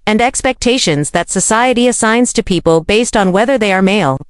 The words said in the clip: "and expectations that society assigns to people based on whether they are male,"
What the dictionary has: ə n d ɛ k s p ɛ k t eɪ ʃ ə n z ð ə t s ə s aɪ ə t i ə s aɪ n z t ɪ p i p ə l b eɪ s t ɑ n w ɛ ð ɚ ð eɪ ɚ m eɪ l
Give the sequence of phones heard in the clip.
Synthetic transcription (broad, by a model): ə n d ɛ k s p ɛ k t eɪ ʃ ə n z ð ə t s ə s aɪ ə t i ə s aɪ n z t ɪ p i p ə l b eɪ s t n w ɛ ð ɚ ð eɪ ɚ m eɪ l